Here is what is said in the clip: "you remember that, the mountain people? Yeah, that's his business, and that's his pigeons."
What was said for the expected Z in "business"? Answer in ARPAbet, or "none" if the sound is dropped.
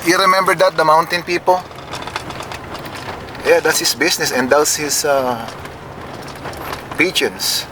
S